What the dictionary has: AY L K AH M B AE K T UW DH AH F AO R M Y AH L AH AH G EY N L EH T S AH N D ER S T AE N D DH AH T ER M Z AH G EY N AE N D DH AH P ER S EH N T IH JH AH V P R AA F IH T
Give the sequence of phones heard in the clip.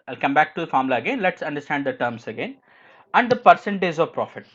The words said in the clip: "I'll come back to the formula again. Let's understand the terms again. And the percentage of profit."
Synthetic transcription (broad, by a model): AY L K AH M B AE K T UW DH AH F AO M L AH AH G EY N L EH T S AH N D ER S T AE N D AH T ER M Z AH G EY N AE N D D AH P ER S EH N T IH Z AH V P R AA F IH T